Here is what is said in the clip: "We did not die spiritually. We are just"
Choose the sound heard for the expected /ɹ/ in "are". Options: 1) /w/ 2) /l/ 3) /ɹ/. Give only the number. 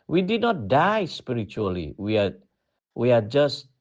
1